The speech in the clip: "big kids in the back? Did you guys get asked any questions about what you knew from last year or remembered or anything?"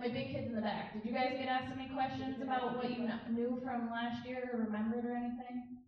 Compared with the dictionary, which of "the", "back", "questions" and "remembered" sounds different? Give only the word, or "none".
none